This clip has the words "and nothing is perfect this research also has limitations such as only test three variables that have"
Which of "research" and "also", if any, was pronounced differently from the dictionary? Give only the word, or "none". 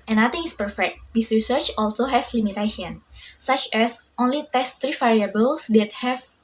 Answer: none